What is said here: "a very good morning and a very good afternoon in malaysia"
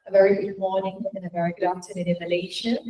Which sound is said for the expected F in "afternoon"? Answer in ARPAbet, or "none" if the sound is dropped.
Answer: none